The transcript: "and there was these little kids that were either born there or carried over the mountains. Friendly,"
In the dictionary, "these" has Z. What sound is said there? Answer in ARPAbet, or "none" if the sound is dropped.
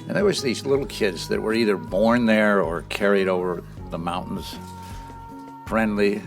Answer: Z